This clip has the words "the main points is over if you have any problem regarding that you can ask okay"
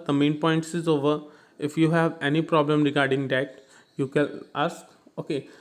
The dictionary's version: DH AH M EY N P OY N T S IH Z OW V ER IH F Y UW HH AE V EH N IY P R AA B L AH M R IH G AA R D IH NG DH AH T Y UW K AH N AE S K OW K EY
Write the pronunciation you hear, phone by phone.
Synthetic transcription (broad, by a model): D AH M EY N P OY N T S IH Z OW V ER IH F Y UW HH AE V EH N IY P R AA B L AH M R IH G AA R D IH NG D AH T Y UW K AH L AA S K OW K EY